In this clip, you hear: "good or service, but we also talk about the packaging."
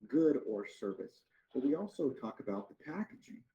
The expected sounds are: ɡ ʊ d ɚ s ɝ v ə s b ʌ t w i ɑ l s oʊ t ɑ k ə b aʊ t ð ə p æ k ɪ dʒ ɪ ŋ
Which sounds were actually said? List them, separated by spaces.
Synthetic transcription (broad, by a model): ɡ ʊ d ɚ s ɝ v ə s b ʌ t w i ɑ l s oʊ t ɑ k ə b aʊ t ð ə p æ k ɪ dʒ ɪ ŋ